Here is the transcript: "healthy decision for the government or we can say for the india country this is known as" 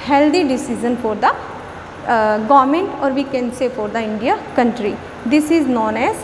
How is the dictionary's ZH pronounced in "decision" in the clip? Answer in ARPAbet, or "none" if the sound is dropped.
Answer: Z